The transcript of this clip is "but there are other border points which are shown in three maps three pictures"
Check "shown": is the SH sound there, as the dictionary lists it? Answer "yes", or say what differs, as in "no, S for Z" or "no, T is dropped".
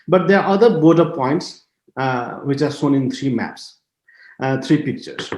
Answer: no, S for SH